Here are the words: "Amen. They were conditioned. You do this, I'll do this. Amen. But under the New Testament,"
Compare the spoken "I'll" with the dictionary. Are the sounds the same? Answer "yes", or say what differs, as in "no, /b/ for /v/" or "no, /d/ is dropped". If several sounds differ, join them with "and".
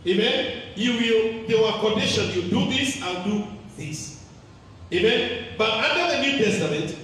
no, /n/ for /l/